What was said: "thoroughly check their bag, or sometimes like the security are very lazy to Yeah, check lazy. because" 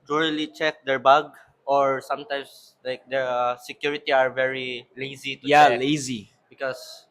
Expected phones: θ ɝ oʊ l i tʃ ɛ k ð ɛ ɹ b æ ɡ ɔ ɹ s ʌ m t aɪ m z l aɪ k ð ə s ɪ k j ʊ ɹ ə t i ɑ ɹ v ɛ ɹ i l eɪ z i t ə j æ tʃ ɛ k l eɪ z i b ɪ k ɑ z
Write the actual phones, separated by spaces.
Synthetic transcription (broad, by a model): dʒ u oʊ l i tʃ ɛ k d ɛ ɹ b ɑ ɡ ɔ ɹ s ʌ m t aɪ m s l aɪ k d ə s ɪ k j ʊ ɹ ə t i ɑ ɹ v ɛ ɹ i l eɪ z i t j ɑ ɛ l eɪ z i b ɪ k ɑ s